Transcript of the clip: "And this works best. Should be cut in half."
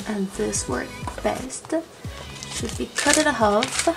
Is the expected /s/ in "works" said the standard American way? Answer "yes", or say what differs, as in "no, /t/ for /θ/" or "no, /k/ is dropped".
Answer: no, /s/ is dropped